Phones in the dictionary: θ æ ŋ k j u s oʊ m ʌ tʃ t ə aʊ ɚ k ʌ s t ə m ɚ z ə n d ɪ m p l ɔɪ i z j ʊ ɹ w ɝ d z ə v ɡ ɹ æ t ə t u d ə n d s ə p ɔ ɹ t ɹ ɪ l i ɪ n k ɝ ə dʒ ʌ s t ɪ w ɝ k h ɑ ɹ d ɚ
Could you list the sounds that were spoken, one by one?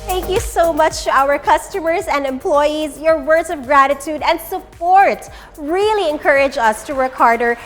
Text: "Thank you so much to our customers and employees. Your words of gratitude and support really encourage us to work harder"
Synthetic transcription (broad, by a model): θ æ ŋ k j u s oʊ m ʌ tʃ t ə aʊ ɚ k ʌ s t ə m ɚ z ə n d ɪ m p l ɔɪ i z j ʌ ɹ w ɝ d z ə v ɡ ɹ æ t ə t u d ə n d s ə p ɔ ɹ t ɹ ɪ l i ɪ n k ɝ ə dʒ ʌ s t ɪ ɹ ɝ k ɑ ɹ d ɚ